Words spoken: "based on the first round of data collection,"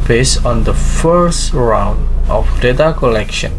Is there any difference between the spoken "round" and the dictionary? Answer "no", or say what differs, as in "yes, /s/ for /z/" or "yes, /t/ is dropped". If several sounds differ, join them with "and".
no